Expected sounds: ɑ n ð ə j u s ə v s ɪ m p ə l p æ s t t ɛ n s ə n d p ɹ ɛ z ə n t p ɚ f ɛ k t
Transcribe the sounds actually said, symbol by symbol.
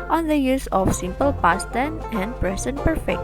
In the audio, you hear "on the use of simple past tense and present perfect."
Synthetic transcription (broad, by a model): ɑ n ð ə j u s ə f s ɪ m p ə l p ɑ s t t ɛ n ə n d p ɹ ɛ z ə n p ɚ f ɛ k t